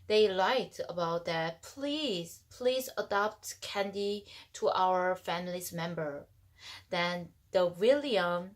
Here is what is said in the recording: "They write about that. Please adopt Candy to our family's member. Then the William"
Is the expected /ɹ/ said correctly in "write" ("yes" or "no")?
no